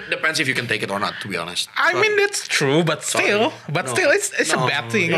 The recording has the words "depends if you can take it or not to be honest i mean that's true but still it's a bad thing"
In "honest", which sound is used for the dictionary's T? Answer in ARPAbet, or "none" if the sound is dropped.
T